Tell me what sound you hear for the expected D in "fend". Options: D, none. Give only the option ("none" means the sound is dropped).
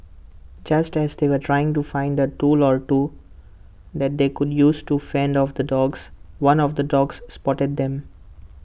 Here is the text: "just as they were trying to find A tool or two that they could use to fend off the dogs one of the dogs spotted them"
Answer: D